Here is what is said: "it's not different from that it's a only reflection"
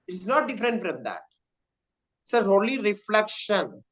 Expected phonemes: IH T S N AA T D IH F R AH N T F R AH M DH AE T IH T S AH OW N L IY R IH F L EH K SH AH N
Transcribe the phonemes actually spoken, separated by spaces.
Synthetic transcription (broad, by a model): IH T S N AA T D IH F R AH N T F R AH M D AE T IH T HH OW L IY R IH F L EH K SH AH N